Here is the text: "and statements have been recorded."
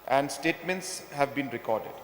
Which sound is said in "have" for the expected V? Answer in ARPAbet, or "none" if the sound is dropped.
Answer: V